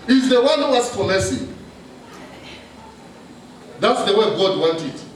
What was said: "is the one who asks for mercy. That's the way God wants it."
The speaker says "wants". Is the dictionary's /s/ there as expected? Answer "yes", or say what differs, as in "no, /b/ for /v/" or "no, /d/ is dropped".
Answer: no, /s/ is dropped